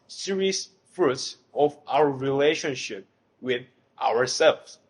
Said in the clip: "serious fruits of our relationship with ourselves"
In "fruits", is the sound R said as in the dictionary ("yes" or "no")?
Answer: yes